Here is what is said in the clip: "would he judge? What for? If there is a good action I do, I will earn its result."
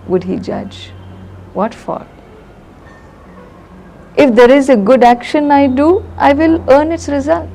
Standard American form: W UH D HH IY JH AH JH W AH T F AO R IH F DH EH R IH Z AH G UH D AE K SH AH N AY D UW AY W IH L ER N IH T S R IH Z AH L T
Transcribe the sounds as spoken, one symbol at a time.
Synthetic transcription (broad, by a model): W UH D HH IY JH AH JH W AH T F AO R IH F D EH R IH Z AH G UH D AE K SH AH N AY D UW AY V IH L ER N IH T S R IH Z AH L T